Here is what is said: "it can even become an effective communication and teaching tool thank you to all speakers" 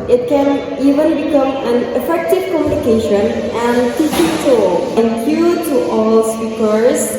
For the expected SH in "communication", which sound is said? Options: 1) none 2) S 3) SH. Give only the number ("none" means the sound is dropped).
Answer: 3